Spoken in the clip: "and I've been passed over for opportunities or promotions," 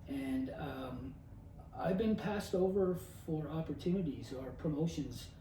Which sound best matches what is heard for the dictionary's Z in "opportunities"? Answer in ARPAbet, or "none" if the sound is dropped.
Z